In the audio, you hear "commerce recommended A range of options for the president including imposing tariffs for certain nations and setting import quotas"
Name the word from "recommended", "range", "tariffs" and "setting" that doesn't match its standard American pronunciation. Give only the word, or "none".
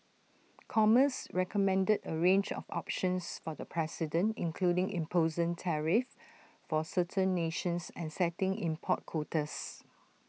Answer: tariffs